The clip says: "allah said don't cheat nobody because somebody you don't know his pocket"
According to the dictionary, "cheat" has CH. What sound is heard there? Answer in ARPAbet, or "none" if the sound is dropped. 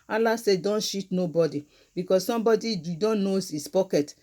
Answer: SH